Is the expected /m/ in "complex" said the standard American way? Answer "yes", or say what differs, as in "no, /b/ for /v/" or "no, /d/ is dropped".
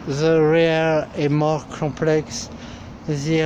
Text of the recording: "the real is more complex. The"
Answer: no, /m/ is dropped